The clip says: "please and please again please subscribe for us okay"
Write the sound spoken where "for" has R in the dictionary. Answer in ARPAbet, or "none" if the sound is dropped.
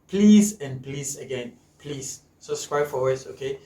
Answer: W